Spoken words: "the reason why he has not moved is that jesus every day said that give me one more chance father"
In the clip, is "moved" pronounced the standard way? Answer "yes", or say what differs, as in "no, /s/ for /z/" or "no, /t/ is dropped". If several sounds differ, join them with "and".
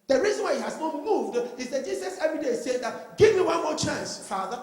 yes